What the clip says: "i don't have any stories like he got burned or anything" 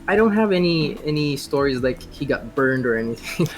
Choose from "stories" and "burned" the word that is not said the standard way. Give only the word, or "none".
none